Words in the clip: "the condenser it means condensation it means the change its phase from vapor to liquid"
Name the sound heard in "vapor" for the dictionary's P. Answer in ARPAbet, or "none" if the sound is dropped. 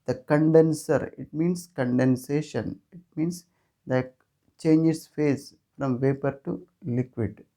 P